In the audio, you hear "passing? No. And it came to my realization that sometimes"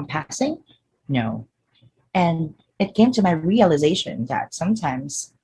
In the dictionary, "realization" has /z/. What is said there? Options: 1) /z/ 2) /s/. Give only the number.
1